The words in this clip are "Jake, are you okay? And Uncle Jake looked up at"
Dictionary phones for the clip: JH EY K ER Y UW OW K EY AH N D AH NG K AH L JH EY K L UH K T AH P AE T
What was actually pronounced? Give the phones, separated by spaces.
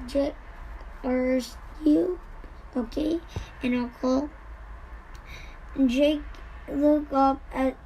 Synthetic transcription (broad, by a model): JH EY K ER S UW OW K EY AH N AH K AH L JH EY K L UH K AH P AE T